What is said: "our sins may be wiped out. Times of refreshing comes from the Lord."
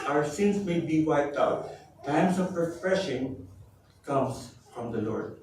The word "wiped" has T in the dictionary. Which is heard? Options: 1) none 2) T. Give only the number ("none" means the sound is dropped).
2